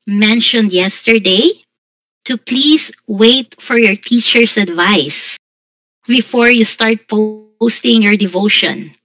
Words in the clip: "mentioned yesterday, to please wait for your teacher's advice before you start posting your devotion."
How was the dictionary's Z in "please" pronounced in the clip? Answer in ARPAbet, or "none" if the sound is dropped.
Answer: S